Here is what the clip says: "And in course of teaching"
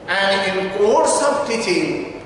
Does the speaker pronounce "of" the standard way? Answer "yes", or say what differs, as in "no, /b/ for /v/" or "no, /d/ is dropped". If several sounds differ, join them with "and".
no, /b/ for /v/